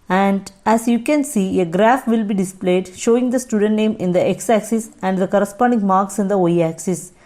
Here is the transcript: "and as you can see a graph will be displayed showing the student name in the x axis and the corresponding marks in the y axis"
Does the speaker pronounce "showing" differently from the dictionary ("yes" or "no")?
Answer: no